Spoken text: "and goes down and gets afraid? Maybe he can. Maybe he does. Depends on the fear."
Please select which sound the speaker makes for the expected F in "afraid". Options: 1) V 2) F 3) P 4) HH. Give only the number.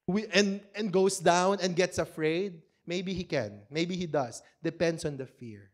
2